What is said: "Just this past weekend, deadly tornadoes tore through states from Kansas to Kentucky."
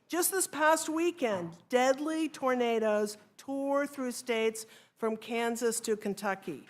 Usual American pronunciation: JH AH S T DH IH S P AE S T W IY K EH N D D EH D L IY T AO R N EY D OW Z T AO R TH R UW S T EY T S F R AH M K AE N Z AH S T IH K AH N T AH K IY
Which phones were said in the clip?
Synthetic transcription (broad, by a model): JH AH S T DH IH S P AE S T W IY K EH N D D EH D L IY T AO R N EY D OW Z T AO R TH R UW S T EY T S F R AH M K AE N Z AH S T IH K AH N T AH K IY